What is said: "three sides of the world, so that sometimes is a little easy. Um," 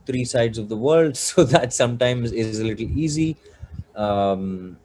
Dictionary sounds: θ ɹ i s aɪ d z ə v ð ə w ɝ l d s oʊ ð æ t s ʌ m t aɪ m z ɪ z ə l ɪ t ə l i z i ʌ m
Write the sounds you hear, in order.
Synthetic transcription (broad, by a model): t ɹ i s aɪ d z ə v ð ə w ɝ l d s oʊ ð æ t s ʌ m t aɪ m z ɪ z ə l ɪ t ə l i z i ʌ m